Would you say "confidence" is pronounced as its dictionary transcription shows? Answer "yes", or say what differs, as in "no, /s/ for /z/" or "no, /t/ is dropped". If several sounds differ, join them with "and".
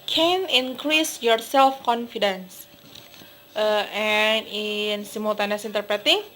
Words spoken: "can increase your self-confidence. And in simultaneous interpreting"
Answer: yes